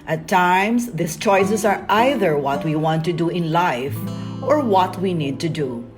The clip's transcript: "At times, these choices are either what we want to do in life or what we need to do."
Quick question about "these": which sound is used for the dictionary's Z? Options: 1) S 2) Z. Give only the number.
1